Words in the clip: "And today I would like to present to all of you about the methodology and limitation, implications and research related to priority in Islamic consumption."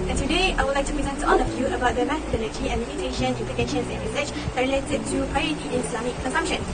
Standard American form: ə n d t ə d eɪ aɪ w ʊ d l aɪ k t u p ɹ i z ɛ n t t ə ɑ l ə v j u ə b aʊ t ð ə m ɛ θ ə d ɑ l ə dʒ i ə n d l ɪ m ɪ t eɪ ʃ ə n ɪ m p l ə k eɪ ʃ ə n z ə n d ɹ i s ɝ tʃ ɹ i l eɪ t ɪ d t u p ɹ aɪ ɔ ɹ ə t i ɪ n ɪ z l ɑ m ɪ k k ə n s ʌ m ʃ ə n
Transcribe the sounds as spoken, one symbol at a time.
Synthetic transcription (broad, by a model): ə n t ə d eɪ aɪ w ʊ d l aɪ k t u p ɹ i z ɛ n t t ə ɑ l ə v j u ə b aʊ t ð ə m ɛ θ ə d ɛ n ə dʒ i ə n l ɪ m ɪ t eɪ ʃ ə n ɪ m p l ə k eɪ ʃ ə n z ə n ɹ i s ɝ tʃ ɹ i l eɪ t ɪ d t u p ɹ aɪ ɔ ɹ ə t i ɪ n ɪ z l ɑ m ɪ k k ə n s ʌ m ʃ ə n